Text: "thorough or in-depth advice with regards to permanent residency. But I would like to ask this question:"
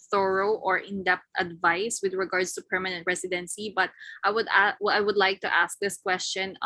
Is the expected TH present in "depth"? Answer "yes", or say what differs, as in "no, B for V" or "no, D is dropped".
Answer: no, T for TH